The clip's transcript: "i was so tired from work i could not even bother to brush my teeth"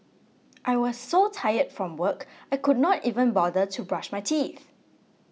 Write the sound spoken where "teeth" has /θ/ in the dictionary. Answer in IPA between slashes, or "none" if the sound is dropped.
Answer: /θ/